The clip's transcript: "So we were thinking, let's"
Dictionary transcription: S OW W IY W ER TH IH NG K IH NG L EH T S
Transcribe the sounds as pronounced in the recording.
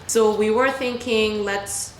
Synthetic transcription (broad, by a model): S OW W IY W ER TH IH NG K IH NG L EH T S